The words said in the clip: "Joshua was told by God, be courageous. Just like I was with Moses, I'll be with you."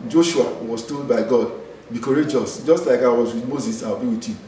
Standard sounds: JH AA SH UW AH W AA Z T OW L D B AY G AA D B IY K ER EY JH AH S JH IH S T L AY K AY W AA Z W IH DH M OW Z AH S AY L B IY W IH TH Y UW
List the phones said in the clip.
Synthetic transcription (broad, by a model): JH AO SH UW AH W AA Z T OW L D B AY G AA D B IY K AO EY JH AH S JH IH S T L AY K AY W AA Z W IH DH M OW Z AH S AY W B IY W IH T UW